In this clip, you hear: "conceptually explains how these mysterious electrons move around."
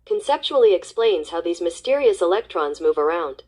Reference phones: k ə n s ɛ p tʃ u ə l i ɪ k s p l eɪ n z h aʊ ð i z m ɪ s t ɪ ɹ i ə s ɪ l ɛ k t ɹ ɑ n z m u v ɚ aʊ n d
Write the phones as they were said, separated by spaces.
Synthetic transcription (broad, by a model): k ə n s ɛ p tʃ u l i ɪ k s p l eɪ n z h aʊ ð i z m ɪ s t ɪ ɹ i ə s ɪ l ɛ k t ɹ ɑ n z m u v ɚ aʊ n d